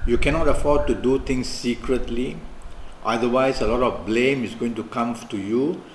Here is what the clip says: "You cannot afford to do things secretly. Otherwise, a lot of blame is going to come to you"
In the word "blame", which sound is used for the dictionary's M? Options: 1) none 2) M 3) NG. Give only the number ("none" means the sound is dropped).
2